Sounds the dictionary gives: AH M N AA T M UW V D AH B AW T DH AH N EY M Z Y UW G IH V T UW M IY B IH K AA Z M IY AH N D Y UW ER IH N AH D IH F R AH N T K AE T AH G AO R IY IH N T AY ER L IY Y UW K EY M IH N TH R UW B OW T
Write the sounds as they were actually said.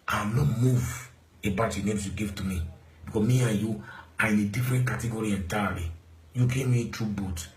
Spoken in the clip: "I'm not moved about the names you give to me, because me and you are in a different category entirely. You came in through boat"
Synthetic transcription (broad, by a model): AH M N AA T M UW V AH B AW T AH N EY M S Y UW G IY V T UW M IY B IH K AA M IY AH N Y UW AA IH N AH D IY F R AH N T K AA T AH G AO R IY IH N T AY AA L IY Y UW K EY M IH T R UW B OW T